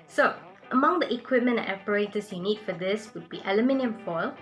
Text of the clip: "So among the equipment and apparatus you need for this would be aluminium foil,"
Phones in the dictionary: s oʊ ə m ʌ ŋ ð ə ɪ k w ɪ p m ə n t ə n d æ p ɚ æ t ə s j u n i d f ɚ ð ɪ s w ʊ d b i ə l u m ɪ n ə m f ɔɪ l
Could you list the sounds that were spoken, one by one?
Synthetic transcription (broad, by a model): s oʊ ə m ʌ ŋ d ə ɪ k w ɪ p m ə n ə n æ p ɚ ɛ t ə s j u n i d f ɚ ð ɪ s w ʊ d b i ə l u m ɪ n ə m f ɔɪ l